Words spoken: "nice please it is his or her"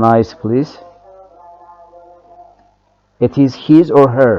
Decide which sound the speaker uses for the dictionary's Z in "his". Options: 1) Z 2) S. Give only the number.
1